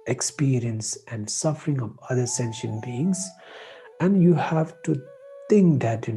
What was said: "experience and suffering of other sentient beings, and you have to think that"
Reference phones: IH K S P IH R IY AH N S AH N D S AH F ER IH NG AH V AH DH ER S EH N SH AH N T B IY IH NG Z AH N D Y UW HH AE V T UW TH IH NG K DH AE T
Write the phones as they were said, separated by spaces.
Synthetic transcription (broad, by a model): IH K S P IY R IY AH N S AH N D S AH F ER IH NG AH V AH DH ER S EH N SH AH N B IY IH NG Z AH N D Y UW HH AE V T UW T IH NG K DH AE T